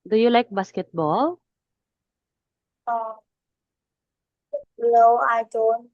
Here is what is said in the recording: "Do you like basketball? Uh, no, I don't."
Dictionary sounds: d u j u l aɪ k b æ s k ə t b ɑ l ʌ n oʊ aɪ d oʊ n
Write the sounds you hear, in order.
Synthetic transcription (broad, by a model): d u j u l aɪ k b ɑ s k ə t b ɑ l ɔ l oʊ aɪ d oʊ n